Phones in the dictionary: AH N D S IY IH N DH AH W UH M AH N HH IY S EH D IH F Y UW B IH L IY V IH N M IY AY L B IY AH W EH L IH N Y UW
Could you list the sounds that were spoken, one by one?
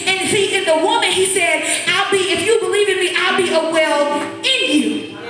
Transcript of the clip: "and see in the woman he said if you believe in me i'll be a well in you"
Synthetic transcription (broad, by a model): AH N S IY IH N DH AH W UH M AH N HH IY S EH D IH F Y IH B IH L IY V IH N M IY AY L B IY AH W EH L IH N Y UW